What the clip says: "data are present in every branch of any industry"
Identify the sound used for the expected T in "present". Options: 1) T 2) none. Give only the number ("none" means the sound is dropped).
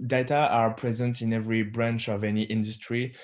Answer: 1